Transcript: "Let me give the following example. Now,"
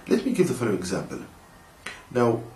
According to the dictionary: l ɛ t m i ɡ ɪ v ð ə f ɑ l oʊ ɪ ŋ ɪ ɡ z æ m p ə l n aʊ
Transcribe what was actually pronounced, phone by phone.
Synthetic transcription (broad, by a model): l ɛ t m i ɡ ɪ v ð ə f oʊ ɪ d ɪ ɡ z æ m p ə l n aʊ